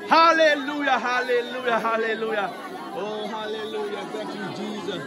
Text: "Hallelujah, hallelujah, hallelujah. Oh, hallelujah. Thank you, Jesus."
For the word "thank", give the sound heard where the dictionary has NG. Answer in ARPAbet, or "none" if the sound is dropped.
none